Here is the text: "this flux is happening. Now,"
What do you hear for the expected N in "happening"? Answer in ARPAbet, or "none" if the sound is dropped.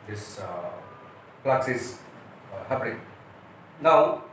L